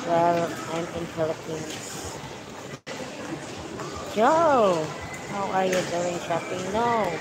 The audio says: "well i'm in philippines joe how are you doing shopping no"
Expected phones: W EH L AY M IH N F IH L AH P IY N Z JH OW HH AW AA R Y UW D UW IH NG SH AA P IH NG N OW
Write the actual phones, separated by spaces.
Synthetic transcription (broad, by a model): W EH L AY M IH N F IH L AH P IY N JH OW HH AW AA R Y UW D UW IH NG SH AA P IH NG N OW